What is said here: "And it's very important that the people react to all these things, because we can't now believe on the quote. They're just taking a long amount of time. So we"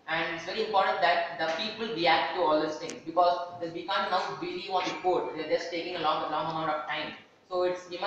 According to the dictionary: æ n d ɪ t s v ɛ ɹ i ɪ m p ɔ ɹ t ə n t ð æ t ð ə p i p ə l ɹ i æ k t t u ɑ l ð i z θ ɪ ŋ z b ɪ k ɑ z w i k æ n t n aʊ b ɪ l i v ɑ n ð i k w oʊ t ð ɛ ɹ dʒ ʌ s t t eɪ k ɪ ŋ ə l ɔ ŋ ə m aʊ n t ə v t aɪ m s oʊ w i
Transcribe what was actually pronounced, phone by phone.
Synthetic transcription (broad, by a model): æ n d ɪ t s v ɛ ɹ i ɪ m p ɔ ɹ t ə n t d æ t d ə p i p ə l ɹ i æ k t t u ɑ l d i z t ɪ ŋ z b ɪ k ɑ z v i k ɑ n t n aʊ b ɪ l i ɑ n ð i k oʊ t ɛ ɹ dʒ ʌ s t t eɪ k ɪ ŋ ə l ɔ ŋ ə m aʊ n t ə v t aɪ m s oʊ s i